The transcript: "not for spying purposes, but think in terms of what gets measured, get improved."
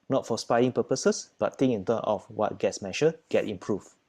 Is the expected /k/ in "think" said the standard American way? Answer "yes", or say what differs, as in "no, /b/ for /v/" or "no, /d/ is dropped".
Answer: no, /k/ is dropped